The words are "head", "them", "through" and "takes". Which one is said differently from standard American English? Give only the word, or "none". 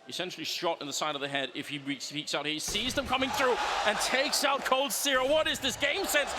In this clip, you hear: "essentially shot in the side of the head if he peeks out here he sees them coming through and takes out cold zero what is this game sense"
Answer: none